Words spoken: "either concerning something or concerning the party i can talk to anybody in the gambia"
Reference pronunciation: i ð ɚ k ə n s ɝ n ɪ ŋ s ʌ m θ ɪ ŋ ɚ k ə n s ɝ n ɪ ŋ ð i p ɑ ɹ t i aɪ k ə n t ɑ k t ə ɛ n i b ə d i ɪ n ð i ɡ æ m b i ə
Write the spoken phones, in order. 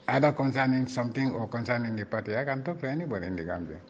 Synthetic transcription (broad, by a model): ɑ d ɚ k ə n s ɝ n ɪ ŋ s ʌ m t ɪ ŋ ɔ k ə n s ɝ n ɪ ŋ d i p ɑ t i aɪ k ə n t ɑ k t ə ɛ n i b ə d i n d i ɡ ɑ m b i